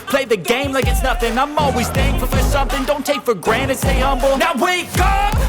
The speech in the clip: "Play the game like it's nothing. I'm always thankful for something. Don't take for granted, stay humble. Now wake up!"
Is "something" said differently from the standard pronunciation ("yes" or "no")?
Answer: no